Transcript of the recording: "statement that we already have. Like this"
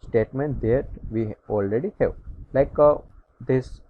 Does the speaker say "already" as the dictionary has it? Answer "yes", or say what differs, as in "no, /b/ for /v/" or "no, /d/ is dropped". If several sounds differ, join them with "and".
yes